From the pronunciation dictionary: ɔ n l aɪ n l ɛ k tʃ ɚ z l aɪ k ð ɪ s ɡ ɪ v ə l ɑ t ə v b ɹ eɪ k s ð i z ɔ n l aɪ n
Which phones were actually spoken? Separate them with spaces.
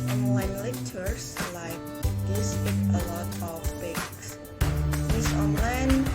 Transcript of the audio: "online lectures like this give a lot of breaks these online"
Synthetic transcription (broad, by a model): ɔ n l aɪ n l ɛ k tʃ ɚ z l aɪ k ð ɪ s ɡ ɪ ə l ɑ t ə f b eɪ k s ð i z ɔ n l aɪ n